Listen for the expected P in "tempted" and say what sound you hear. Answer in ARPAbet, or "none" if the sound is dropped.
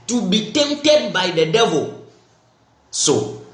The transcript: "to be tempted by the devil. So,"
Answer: none